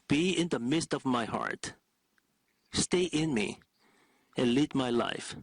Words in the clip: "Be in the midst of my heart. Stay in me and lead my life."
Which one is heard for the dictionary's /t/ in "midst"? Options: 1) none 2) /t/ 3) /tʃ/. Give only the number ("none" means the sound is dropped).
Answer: 2